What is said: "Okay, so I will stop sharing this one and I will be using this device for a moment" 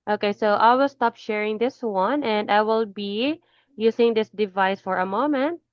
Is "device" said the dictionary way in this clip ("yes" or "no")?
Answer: yes